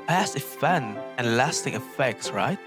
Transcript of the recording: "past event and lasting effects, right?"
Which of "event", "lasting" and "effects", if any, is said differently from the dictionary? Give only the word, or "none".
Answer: event